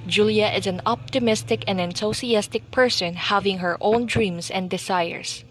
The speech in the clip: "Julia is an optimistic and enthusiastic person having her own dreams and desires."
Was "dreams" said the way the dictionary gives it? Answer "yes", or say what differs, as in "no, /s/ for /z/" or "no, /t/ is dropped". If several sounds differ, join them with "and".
no, /s/ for /z/